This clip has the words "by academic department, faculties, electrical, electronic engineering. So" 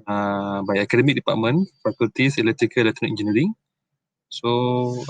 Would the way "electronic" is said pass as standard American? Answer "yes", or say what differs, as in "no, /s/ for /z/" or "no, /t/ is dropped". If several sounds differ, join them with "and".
no, /ɹ/ is dropped